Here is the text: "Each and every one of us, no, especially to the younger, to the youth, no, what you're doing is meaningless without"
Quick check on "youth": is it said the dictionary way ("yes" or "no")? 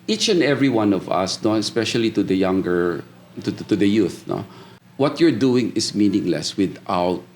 yes